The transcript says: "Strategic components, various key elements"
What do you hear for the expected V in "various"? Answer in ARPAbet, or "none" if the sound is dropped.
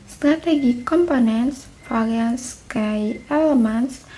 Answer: F